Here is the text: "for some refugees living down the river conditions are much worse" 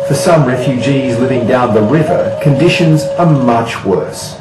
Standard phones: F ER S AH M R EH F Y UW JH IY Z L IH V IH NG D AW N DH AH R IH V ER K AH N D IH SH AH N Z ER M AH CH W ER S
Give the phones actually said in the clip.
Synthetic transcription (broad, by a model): F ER S AH M R EH F Y UW JH IY Z L IH V IH NG D AW N DH AH R IH V ER K AH N D IH SH AH N Z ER M AH CH W ER S